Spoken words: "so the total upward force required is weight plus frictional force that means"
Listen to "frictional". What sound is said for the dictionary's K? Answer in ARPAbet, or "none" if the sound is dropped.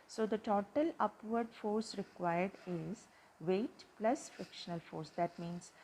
K